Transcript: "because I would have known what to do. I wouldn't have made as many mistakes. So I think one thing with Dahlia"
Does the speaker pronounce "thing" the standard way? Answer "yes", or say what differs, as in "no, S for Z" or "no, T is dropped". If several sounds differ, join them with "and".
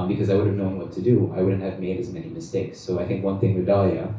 yes